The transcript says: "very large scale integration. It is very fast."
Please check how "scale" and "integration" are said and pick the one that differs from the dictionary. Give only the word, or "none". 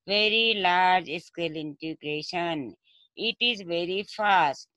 none